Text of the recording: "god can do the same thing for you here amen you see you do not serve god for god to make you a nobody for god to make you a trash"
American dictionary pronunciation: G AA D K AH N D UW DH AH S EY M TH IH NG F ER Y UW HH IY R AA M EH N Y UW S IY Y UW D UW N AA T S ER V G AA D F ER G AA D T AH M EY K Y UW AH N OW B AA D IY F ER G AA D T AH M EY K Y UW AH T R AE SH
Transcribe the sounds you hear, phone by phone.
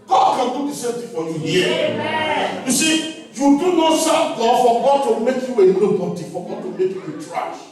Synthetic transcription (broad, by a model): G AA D K AH N D UW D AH S EY M T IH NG F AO Y UW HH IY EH Y UW S IY Y UW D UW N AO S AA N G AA F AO G AA D T AH M EY K Y UW AH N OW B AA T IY F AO G AA D T AH M EY K Y UW AH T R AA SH